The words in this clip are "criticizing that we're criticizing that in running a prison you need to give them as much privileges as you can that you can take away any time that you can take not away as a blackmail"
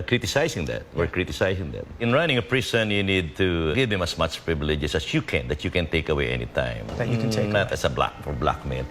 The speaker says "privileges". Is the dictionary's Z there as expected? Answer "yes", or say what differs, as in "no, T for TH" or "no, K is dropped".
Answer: no, S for Z